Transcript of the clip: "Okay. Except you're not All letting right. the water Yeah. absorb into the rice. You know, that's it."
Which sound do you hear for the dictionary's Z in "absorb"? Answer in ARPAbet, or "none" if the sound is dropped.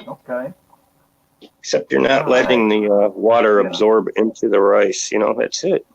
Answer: Z